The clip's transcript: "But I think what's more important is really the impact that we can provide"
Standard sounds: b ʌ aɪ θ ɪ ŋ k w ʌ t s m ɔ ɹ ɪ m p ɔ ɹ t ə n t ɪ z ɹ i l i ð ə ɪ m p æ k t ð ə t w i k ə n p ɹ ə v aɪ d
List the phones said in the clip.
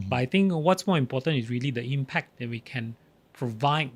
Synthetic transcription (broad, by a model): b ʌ aɪ t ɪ ŋ k w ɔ t s m ɔ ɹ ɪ m p ɔ t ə n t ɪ s ɹ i l i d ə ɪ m p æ k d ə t w i k ə n p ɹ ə v aɪ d